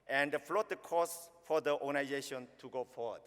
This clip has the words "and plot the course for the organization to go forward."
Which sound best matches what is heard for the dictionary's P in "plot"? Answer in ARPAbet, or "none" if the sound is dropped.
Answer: F